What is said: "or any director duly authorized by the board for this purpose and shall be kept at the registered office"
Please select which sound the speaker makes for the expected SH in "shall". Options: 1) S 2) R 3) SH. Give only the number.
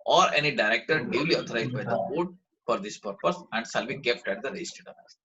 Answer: 1